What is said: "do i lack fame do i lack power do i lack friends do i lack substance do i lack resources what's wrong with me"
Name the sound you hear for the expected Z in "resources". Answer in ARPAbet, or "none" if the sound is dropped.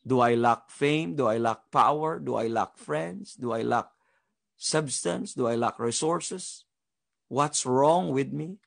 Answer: S